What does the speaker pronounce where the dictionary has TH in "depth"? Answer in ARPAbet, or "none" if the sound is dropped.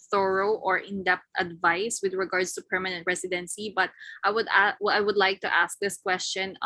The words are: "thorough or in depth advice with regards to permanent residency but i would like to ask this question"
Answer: T